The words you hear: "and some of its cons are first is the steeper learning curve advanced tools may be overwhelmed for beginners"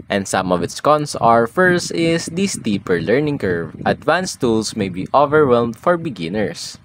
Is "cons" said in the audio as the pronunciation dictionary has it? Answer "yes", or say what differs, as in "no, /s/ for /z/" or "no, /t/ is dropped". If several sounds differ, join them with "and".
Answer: no, /s/ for /z/